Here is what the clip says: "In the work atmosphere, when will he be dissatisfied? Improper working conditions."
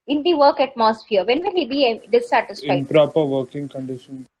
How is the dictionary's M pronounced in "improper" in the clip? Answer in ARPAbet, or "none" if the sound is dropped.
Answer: none